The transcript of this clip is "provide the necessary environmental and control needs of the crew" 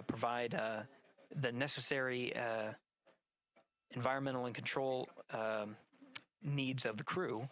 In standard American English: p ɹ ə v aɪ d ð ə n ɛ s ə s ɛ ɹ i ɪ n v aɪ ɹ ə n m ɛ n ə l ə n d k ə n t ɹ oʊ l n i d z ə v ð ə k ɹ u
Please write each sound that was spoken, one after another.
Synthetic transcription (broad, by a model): p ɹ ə v aɪ d ð ə n ɛ s ə s ɛ ɹ i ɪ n v aɪ ɹ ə n m ɛ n l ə n k n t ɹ oʊ l n i d z ə v ð ə k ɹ u